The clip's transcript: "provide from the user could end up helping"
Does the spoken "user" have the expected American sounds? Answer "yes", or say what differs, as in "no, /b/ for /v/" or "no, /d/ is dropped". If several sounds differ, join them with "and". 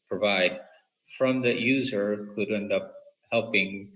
yes